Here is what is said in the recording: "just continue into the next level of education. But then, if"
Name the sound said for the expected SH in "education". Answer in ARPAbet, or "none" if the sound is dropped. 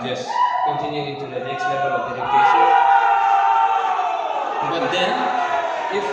S